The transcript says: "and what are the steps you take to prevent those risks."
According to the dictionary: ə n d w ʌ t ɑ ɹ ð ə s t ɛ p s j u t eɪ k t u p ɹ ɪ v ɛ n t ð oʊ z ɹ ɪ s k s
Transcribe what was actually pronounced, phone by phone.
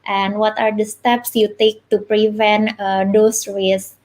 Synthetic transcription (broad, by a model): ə n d w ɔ t ɑ ɹ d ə s t ɛ p s j u t eɪ k t u p ɹ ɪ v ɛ n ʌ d oʊ s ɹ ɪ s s